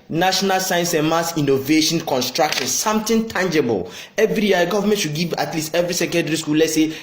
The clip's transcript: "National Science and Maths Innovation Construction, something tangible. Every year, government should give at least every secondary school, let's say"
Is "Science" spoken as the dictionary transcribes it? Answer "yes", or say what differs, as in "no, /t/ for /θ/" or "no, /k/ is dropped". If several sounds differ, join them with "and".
yes